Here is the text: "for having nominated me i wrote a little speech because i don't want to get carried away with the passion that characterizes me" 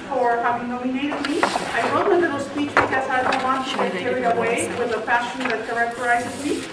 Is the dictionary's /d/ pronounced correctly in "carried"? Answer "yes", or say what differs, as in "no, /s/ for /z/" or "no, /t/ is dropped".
no, /d/ is dropped